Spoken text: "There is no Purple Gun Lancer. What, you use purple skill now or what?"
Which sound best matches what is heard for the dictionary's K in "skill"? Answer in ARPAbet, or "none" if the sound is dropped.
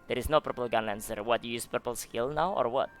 K